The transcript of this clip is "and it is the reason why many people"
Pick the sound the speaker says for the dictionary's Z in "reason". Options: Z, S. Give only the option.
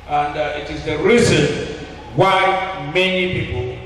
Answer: Z